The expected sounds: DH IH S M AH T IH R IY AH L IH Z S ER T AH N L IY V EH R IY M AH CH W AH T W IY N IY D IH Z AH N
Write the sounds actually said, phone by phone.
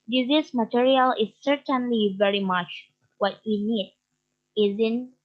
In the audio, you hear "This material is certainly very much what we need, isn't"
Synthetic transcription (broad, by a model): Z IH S M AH T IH R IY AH L IH Z S ER T AH N L IY V EH R IY M AH CH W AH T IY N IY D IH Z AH N